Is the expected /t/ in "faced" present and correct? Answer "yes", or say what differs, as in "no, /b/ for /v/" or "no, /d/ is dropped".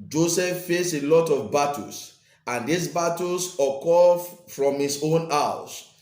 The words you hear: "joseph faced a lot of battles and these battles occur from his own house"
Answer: no, /t/ is dropped